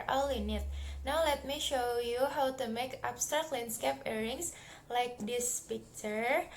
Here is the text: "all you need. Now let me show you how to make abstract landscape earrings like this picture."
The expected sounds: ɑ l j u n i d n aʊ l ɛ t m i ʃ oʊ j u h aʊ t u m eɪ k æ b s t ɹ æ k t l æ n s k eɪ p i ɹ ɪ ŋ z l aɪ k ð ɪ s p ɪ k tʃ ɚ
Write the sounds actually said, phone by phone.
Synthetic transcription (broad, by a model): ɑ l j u n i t n aʊ l ɛ t m i ʃ oʊ j u h aʊ t u m eɪ k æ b s t ɹ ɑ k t l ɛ n s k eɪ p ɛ ɹ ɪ ŋ s l aɪ k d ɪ s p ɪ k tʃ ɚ